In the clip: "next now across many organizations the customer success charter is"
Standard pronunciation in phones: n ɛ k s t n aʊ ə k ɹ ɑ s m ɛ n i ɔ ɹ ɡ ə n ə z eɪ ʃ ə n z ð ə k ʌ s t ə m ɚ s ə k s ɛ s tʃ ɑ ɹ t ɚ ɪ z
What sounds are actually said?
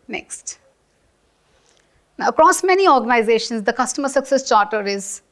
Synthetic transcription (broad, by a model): n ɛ k s t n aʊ ə k ɹ ɑ s m ɛ n i ɔ ɹ ɡ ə n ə z eɪ ʃ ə n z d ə k ʌ s t ə m ɚ s ə k s ɛ s tʃ ɑ ɹ t ɚ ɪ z